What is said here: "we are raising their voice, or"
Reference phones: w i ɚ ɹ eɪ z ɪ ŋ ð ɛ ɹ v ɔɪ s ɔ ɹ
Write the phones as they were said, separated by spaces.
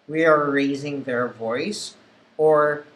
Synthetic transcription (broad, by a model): w i ɚ ɹ eɪ z ɪ ŋ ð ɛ ɹ v ɔɪ s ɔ ɹ